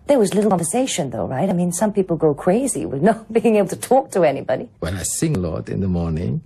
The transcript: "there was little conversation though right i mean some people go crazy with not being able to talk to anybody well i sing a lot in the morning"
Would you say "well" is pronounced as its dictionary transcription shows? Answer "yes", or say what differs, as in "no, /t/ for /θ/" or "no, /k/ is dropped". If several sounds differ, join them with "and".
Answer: no, /n/ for /l/